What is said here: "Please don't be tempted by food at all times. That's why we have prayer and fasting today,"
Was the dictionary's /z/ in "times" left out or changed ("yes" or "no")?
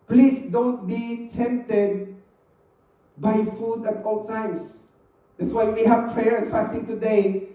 yes